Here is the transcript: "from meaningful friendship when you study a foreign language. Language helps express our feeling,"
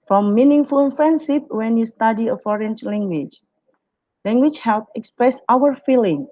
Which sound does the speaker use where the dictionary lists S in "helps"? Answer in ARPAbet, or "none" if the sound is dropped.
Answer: none